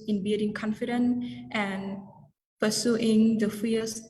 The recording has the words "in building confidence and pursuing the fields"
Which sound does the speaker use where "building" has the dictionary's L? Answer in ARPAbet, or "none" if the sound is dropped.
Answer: none